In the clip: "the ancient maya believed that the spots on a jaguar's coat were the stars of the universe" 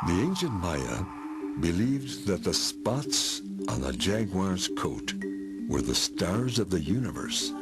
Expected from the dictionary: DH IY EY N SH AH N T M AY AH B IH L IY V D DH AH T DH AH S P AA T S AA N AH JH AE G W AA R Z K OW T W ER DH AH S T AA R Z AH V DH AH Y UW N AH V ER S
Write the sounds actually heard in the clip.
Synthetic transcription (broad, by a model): DH IY EY N SH AH N T M AY AH B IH L IY V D DH AH T DH AH S P AA T S N AH JH AE G W AA R Z K OW T W ER DH AH S T AA R Z AH V DH AH Y UW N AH V ER S